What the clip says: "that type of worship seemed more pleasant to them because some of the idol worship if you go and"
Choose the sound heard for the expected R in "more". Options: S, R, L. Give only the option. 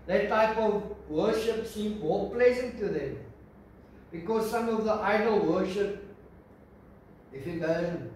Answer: L